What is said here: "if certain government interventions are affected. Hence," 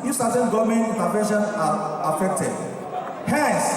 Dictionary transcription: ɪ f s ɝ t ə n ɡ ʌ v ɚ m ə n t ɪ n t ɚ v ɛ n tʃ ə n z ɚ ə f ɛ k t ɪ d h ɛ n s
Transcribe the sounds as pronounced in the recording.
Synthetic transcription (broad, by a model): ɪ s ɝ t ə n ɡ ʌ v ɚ m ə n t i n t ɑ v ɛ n ʃ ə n ɑ ə f ɛ k t ɪ d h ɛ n s